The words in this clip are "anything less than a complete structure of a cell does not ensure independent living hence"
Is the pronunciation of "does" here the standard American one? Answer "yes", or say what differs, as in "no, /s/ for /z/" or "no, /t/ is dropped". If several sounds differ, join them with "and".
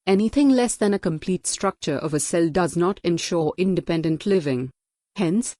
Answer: yes